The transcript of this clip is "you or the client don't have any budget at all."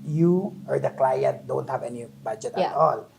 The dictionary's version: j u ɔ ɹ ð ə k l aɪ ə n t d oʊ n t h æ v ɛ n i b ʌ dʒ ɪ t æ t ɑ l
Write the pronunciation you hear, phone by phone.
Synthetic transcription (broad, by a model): j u ɔ ɹ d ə k l aɪ ə n t d oʊ n t h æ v ɛ n i b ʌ dʒ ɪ t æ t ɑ l